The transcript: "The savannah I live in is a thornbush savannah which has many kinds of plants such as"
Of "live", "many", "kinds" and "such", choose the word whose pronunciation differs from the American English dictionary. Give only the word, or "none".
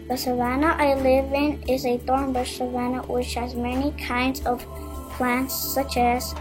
none